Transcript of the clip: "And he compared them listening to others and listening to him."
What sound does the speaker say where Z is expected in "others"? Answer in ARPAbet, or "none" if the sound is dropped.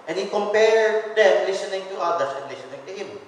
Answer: S